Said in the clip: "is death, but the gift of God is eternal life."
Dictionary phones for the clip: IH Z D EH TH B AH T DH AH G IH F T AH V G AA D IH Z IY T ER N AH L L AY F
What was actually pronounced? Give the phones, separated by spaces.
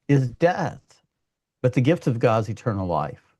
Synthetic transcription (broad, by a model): IH Z D EH TH B AH T DH AH G IH F T AH V G AA D Z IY T ER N L L AY F